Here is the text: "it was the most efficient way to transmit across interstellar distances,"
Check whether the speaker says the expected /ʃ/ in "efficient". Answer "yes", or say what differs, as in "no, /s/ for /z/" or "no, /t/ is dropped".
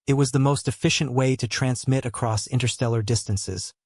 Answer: yes